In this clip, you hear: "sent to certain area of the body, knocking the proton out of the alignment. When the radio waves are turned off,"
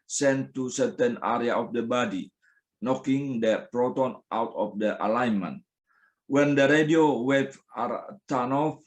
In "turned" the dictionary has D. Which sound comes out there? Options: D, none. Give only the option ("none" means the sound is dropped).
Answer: none